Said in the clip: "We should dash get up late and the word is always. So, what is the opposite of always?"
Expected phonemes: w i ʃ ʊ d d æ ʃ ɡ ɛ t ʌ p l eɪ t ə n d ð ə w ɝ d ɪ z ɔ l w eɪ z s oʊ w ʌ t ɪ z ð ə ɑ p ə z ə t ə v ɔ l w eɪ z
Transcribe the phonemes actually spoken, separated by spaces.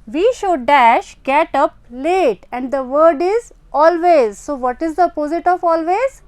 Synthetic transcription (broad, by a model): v i ʃ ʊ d d æ ʃ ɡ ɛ t ʌ p l eɪ t ə n d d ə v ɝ d ɪ z ɔ l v eɪ z s oʊ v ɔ t ɪ z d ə p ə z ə t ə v ɔ l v eɪ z